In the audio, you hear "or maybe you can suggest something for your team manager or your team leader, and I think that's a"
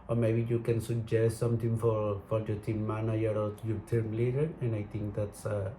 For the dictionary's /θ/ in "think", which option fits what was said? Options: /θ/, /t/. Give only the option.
/t/